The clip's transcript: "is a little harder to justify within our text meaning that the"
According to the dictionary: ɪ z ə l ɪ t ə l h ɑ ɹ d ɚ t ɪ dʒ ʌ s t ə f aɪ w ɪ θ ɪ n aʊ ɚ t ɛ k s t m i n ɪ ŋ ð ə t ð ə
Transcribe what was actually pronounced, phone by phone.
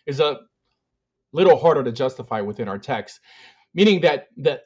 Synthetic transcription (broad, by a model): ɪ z ə l ɪ t l h ɑ ɹ d ɚ t ɪ dʒ ʌ s t ə f aɪ w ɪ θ ɪ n aʊ ɚ t ɛ k s t m i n ɪ ŋ ð ə t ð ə